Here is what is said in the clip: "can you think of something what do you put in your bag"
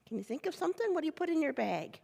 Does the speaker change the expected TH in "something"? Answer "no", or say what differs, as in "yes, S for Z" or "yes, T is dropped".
no